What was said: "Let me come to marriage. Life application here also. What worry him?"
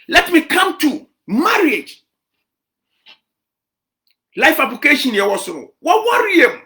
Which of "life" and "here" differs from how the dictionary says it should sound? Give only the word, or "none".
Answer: here